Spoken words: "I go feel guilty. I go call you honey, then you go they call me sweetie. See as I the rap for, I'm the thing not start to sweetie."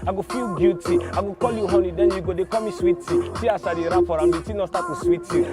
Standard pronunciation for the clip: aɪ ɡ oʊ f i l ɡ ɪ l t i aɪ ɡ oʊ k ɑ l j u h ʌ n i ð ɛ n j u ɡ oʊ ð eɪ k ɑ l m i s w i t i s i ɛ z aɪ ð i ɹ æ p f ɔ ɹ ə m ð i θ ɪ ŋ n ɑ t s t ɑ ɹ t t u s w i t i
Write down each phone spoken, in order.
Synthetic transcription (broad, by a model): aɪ ɡ oʊ f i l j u t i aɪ ɡ oʊ k ɑ l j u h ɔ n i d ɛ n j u ɡ oʊ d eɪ k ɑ m i s w i t i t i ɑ s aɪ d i ɹ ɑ f ɔ ɹ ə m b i t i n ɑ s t ɑ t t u s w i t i